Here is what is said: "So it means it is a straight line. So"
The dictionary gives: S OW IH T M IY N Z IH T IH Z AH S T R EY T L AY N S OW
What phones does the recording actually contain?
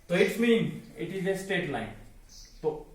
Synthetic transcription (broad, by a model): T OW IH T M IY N IH T IH Z AH S T EY T L AY N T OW